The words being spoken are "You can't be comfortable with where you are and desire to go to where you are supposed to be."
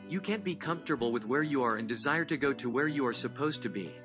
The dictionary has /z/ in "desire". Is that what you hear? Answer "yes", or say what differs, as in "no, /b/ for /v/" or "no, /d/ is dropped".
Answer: yes